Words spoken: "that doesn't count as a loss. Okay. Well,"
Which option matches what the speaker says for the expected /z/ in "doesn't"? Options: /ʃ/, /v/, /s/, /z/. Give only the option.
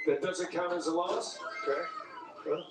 /z/